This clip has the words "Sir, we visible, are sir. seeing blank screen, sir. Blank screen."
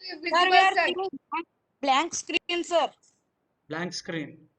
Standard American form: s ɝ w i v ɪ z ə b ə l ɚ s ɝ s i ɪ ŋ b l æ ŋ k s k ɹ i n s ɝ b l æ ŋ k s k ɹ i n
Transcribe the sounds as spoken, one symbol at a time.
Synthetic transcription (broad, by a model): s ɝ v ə ə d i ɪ b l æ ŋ k s k ɹ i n s ɝ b l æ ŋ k s k ɹ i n